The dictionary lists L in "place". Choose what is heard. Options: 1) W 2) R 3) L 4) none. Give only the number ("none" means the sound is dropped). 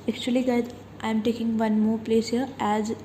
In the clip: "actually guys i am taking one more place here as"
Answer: 3